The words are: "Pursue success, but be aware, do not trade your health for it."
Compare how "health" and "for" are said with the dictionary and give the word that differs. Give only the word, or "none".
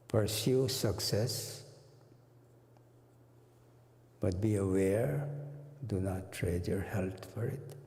health